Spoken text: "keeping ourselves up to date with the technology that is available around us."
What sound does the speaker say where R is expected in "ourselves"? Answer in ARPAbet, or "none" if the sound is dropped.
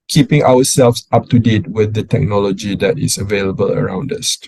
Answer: W